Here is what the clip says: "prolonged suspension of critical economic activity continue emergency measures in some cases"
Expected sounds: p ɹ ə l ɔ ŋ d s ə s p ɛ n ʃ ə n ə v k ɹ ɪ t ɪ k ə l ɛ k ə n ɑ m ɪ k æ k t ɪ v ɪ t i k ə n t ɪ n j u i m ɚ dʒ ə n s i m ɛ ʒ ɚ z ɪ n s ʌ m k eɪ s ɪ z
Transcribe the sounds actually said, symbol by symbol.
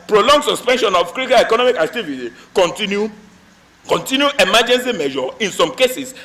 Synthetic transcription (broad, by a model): p ɹ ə l ɔ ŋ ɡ s ə s p ɛ n ʃ ə n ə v k ɹ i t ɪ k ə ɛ k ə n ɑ m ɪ k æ k t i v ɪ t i k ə n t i n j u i m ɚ dʒ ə n s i m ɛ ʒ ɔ ɪ n s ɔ m k eɪ s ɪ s